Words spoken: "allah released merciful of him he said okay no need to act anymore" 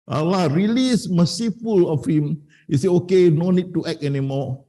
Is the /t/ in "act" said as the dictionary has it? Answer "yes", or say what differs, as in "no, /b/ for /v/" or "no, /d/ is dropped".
no, /t/ is dropped